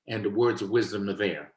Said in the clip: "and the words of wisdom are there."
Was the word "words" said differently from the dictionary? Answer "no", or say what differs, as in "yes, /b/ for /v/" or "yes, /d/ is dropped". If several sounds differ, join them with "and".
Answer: no